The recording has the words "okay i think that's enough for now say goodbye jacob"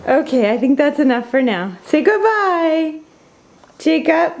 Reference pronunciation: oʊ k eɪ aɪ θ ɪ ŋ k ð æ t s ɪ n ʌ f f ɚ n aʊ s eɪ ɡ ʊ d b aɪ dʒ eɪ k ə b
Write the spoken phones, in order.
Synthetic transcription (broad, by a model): oʊ k eɪ aɪ θ ɪ ŋ k ð æ t s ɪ n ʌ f f ɚ n aʊ s eɪ ɡ ʊ d b aɪ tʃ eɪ k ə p